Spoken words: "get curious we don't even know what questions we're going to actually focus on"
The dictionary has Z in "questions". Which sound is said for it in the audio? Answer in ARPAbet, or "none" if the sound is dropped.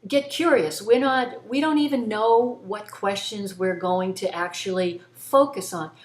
Z